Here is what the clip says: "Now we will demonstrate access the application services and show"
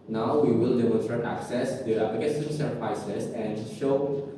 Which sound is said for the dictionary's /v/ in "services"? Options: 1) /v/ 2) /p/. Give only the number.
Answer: 2